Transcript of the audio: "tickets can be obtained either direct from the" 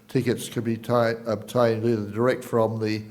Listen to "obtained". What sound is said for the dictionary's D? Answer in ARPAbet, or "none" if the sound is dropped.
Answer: D